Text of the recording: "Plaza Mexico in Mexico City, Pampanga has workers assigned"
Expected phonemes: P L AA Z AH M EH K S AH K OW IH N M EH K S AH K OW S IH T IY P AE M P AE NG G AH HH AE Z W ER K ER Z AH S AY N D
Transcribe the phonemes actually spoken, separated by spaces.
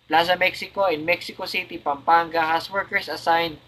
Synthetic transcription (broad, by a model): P L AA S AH M EH K S AH K OW IH N M EH K S AH K OW S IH T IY P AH M P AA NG G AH HH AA S W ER K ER S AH S AY N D